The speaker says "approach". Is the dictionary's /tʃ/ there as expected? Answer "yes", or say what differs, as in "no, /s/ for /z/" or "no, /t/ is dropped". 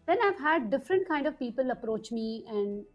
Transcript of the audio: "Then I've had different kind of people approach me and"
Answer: yes